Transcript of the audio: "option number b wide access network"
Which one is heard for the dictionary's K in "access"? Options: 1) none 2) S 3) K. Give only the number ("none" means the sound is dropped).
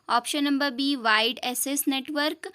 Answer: 1